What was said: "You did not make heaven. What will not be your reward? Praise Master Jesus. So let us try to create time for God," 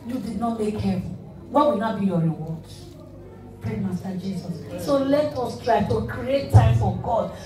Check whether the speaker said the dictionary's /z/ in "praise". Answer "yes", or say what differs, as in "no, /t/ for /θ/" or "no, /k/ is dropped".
no, /z/ is dropped